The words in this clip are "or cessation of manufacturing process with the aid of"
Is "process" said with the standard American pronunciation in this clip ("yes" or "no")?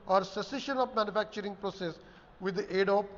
yes